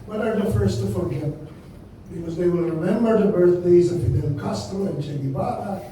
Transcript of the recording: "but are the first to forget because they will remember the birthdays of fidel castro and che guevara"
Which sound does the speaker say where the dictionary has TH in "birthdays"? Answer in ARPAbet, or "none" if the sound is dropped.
TH